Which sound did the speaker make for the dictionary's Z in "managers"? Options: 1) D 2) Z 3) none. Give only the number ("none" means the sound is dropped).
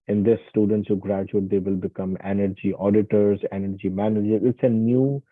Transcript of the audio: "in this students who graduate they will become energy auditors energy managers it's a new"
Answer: 3